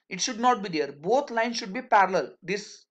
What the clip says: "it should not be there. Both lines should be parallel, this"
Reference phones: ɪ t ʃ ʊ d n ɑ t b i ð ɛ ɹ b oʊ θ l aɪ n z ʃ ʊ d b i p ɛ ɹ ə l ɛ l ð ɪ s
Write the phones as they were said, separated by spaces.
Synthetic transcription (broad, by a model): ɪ t ʃ ʊ d n ɑ t b i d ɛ ɹ b oʊ t l aɪ n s ʃ ʊ d b i p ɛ ɹ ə l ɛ l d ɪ s